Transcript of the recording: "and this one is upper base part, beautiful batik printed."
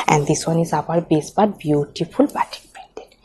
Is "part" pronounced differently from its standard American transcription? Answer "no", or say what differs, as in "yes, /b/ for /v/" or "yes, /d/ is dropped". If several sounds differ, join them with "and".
yes, /b/ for /p/